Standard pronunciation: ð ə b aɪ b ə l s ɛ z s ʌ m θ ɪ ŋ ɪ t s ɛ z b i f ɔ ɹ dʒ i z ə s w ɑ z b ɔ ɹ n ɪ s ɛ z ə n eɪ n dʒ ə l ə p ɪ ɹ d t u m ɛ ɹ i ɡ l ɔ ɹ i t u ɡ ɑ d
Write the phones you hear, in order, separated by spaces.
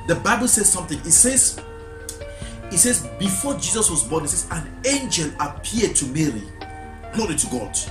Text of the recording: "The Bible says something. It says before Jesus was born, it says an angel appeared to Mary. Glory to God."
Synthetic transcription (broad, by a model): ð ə b aɪ b ə l s ɛ z s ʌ m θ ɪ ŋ ɪ t s ɛ z b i f ɔ dʒ i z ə s w ɑ z b ɔ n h ɪ s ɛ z ə n eɪ n dʒ ə l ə p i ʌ d t u m ɛ ɹ i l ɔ i t u ɡ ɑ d